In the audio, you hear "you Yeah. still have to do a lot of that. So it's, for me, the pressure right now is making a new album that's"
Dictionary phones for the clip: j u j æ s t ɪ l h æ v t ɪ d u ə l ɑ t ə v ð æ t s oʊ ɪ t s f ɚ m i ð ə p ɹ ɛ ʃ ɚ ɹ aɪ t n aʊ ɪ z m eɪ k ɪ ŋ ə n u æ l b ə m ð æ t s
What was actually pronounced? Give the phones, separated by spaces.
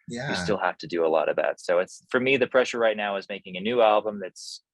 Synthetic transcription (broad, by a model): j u s t ɪ l h æ f t ɪ d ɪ ə l ɑ t ə v ð æ t s oʊ ɪ t s f ɚ m i ð ə p ɹ ɛ ʃ ɚ ɹ aɪ t n aʊ ɪ z m eɪ k ɪ ŋ ə n u æ l b ə m ð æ t s